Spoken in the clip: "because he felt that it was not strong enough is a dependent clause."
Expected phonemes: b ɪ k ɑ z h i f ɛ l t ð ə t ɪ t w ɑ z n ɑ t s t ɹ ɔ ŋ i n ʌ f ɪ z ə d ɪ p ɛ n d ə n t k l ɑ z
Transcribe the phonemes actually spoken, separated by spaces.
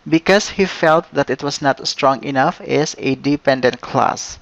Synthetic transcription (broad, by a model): b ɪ k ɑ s h i f ɛ l t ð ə t ɪ t w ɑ s n ɑ t s t ɹ ɔ ŋ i n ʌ f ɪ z ə d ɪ p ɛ n d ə n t k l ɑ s